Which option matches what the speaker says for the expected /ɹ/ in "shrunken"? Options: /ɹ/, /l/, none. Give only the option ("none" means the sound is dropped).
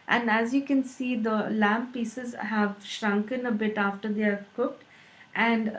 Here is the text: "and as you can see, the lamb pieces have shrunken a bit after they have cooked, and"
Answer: /ɹ/